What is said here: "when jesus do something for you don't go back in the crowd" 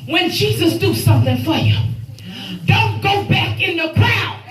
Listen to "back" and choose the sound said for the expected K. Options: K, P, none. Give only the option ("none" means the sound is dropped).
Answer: K